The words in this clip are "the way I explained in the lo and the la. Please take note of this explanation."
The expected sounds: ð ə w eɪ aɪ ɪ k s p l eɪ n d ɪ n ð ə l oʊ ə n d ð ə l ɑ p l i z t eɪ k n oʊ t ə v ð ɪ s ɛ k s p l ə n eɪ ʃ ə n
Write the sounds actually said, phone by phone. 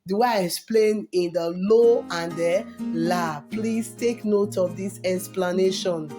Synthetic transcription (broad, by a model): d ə aɪ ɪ k s p l eɪ n ɪ n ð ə l oʊ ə n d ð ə l ɑ p l i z t eɪ k n oʊ t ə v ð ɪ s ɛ k s p l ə n eɪ ʃ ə n